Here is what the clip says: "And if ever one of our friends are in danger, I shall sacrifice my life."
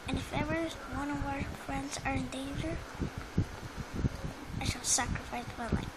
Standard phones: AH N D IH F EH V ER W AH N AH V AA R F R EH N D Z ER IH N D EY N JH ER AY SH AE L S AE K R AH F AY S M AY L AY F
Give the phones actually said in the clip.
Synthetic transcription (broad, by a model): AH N IH F EH V ER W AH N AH W AA R F R EH N D Z ER IH N D EY N JH ER AY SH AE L S AE K R AH F AY S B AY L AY